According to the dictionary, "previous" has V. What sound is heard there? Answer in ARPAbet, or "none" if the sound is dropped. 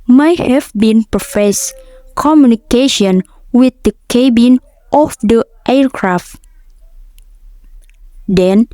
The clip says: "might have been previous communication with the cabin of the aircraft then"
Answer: F